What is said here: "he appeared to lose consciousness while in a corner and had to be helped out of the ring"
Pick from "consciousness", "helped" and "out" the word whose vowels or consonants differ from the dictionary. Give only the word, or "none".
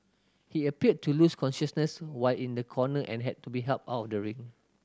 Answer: helped